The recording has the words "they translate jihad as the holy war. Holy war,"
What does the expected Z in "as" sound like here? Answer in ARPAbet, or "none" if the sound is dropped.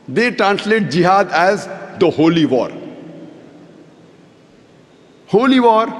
Z